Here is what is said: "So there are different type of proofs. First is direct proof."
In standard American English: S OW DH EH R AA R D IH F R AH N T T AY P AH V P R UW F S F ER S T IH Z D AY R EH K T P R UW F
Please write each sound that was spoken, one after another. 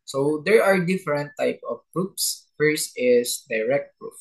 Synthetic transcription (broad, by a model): S OW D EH R AA R D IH F R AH N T T AY P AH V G R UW P S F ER S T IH S D AY R EH K T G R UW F